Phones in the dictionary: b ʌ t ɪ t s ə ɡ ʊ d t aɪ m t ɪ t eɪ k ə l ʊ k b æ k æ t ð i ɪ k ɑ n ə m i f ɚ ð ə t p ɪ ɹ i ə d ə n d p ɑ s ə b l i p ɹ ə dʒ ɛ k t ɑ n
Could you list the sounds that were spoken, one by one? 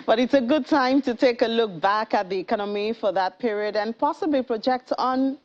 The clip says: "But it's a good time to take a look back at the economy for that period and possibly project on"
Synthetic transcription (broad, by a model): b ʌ t ɪ t s ə ɡ ʊ d t aɪ m t ɪ t eɪ k ə l ʊ k b æ k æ t ð i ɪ k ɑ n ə m i f ɚ ð ə t p ɪ ɹ i ə d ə n p ɑ s ə b l i p ɹ ə dʒ ɛ k t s n